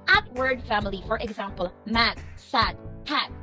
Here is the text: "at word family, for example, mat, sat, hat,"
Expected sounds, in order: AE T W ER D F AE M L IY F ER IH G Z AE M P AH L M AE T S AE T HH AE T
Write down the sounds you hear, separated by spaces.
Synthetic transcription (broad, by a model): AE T W ER D F AE M L IY F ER IH G Z AE M P AH L M AE T S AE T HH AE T